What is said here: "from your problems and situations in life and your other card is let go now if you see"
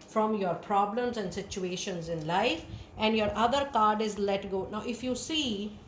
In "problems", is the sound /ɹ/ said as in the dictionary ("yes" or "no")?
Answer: yes